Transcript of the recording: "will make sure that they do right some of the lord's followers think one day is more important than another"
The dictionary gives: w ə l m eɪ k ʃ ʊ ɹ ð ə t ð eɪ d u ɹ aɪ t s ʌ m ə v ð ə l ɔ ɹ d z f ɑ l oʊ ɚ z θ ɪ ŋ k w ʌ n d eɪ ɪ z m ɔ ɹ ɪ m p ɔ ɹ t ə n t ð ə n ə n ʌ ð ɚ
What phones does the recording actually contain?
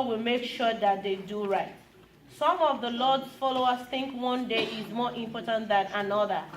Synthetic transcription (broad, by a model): w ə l m eɪ k ʃ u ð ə t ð eɪ d u ɹ aɪ t s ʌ m ə v ð ə l ɔ d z f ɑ l oʊ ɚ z θ ɪ ŋ k w ʌ n d eɪ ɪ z m ɔ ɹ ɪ m p ɔ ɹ t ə n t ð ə n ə n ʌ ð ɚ